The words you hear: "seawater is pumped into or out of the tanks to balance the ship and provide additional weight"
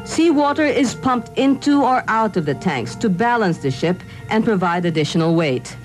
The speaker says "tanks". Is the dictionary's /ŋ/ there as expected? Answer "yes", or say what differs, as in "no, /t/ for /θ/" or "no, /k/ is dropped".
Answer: yes